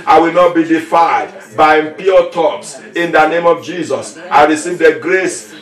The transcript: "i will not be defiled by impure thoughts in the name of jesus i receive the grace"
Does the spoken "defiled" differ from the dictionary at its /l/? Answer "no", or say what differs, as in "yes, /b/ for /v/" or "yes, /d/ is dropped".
yes, /l/ is dropped